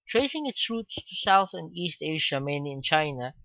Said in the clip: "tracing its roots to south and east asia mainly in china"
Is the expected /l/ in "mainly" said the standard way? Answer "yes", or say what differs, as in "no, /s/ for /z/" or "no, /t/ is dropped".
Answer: no, /l/ is dropped